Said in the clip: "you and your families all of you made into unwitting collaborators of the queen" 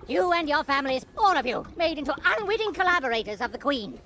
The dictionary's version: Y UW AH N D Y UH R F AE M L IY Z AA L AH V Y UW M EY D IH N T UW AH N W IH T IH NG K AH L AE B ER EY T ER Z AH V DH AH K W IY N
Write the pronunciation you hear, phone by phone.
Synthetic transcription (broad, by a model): Y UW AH N Y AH R F AE M L IY Z AA L AH V Y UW M EY D IH N T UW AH N W IH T IH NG K AH L AE B ER EY T ER Z AH V DH AH K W IY N